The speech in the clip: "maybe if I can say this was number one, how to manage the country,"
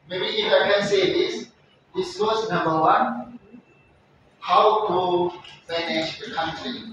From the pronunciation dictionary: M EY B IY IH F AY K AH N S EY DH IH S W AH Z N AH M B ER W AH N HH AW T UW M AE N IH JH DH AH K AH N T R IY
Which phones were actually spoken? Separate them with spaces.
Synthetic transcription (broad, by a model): M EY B IY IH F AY K AH N S EY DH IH S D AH S N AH M B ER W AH N HH AW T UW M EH N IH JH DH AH K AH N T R IY